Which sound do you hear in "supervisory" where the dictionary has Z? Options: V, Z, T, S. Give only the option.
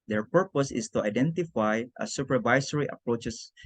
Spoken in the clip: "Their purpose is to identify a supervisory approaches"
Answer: S